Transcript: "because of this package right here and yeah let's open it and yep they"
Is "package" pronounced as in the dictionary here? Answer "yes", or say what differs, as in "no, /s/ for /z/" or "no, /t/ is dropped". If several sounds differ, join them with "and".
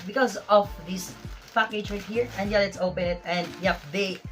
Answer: no, /tʃ/ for /dʒ/